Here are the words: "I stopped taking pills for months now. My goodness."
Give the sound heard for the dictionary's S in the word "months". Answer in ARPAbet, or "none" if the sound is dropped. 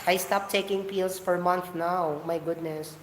none